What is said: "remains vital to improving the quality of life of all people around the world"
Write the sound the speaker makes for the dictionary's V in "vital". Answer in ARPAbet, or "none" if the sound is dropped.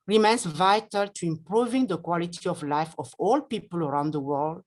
V